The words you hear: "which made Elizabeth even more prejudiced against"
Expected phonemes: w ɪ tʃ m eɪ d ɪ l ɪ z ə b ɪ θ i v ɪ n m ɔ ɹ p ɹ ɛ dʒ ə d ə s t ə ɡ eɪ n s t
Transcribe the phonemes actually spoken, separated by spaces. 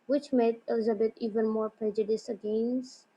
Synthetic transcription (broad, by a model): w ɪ tʃ m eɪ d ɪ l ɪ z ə b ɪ t i v ɪ n m ɔ ɹ p ɹ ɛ dʒ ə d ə s ə ɡ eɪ n s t